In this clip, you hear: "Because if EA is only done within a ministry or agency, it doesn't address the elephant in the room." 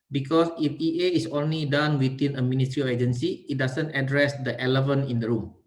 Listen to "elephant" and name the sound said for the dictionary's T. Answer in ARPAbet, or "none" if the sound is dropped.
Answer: none